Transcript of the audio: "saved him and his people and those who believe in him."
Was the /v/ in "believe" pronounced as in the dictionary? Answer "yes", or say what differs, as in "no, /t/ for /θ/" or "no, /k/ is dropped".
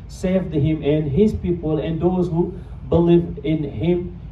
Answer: yes